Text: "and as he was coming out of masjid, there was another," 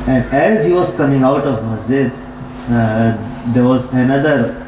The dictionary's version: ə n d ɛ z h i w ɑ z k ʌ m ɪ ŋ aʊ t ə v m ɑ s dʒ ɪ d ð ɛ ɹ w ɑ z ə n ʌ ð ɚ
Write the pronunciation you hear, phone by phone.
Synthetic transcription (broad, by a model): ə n d ɛ z h i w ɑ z k ʌ m ɪ ŋ aʊ t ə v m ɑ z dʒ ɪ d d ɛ ɹ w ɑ z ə n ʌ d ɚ